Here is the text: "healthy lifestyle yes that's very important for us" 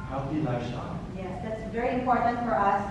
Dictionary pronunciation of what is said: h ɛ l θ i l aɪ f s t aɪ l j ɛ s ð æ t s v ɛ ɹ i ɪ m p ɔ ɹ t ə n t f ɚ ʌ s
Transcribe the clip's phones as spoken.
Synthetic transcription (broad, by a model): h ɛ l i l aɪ s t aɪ j ɛ s ð æ t s v ɛ ɹ i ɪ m p ɔ ɹ t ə n t f ɚ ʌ s